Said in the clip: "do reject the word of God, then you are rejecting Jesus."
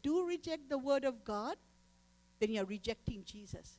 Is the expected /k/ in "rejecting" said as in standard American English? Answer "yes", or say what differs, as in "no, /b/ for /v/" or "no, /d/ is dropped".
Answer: yes